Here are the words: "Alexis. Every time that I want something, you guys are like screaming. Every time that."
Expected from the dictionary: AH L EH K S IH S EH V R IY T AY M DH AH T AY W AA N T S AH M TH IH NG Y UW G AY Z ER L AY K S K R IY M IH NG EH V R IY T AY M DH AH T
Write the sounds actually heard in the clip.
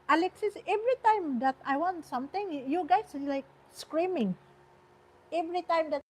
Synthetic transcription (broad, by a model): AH L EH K S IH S EH V R IY T AY M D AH T AY W AA N T S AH M T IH NG Y UW G AY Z L AY K S K R IY M IH NG EH V R IY T AY M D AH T